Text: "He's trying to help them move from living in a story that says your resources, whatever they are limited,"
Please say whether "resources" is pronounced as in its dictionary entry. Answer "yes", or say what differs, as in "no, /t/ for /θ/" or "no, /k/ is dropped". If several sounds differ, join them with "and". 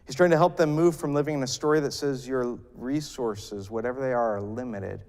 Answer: yes